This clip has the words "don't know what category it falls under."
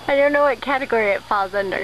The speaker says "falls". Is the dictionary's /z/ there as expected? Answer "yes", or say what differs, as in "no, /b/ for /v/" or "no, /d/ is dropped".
yes